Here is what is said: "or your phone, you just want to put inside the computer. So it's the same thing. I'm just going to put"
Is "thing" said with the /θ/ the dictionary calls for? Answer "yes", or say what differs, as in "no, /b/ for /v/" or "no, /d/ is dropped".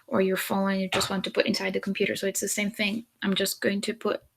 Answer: yes